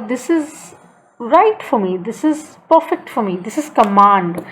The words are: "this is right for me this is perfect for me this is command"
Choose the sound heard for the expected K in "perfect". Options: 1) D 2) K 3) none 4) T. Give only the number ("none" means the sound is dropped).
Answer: 2